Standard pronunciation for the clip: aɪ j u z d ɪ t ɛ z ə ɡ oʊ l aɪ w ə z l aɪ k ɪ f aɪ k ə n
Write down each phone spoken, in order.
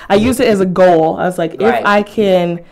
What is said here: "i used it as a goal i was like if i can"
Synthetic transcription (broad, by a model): aɪ j u z ɪ t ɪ z ə ɡ oʊ l aɪ w ə z l aɪ k ɪ f aɪ k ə n